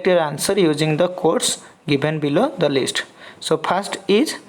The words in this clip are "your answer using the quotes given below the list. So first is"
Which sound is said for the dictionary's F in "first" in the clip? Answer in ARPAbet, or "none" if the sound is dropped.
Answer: P